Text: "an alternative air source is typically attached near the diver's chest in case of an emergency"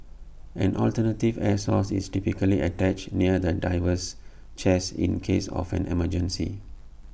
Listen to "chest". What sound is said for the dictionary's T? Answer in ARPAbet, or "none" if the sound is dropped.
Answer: none